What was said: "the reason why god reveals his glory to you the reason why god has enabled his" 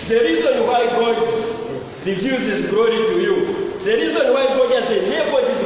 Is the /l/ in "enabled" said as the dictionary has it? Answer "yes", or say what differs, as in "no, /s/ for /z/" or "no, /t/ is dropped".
no, /l/ is dropped